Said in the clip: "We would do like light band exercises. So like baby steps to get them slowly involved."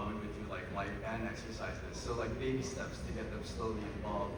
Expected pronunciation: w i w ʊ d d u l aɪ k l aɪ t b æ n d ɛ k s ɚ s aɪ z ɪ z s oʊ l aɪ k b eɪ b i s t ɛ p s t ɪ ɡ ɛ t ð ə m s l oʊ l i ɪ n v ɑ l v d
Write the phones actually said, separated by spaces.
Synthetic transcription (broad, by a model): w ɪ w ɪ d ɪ l aɪ k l aɪ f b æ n ɛ k s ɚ s aɪ z ɪ s oʊ l aɪ k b eɪ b i s t ɛ p s t ɪ ɡ ɛ t ð ə m s l oʊ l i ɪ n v ɑ l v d